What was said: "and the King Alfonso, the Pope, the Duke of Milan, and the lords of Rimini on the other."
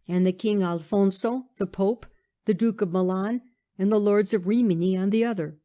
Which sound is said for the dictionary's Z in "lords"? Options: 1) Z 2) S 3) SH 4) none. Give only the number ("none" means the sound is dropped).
1